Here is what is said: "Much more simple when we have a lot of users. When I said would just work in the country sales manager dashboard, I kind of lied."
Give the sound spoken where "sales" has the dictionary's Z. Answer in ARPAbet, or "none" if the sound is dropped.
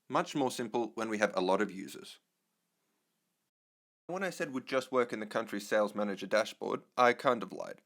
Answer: Z